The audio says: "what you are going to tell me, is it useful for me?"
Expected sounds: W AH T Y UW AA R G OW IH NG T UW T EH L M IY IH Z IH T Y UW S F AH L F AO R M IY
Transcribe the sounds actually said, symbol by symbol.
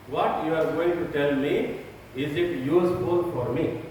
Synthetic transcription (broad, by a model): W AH T Y UW AA R G OW IH NG T UW T EH L M IY IH Z IH T Y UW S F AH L F AO R M IY